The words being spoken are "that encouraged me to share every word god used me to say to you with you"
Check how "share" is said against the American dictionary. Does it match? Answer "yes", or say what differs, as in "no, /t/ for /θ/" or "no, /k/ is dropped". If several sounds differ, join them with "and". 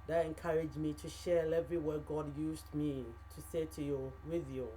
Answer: no, /l/ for /ɹ/